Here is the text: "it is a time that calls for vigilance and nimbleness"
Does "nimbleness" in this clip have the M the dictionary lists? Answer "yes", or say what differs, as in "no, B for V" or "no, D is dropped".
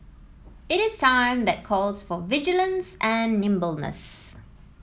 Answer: yes